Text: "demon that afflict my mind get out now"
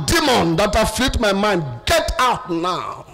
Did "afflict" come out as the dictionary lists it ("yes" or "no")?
no